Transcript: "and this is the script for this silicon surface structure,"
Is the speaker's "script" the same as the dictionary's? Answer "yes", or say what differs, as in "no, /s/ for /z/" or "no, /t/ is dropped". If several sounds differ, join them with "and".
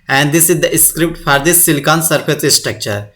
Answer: yes